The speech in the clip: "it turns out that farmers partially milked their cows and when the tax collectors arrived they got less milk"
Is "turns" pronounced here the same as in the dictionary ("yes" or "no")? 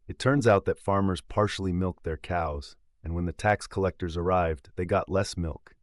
yes